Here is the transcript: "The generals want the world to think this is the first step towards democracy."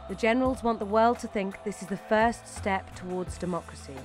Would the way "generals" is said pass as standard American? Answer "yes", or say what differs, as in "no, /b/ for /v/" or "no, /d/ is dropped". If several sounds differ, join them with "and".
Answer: yes